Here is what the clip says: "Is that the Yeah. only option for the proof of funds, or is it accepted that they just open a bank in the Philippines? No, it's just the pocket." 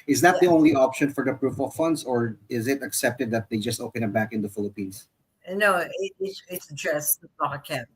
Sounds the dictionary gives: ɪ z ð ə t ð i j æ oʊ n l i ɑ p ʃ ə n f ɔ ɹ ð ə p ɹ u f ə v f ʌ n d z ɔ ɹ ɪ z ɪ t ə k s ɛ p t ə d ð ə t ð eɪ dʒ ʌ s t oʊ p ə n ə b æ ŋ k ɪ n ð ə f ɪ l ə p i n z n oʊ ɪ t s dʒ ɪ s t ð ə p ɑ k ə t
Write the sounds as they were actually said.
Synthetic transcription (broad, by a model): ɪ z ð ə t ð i oʊ n l i ɑ p ʃ ə n f ɔ ɹ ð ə p ɹ u f ə v f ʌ n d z ɔ ɹ ɪ z ɪ t ə k s ɛ p t ə d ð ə t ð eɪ dʒ ʌ s t oʊ p ə n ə b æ k ɪ n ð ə f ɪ l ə p i n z n oʊ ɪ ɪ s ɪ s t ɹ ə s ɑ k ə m